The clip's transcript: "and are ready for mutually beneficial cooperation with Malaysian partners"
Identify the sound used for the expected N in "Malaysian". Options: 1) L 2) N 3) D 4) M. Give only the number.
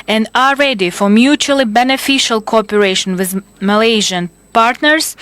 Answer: 2